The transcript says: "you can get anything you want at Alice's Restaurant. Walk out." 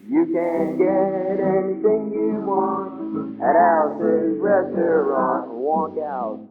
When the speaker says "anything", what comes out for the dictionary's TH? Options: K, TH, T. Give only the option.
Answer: TH